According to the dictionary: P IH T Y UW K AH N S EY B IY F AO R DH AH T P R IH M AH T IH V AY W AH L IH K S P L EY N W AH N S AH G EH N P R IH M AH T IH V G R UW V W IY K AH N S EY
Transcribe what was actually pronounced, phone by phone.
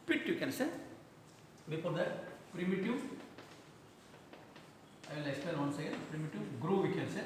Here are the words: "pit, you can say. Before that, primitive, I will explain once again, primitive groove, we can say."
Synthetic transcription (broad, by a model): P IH T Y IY K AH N S EY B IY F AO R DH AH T P R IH M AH T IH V AY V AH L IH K S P EY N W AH N S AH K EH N P R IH M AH T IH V G R UW V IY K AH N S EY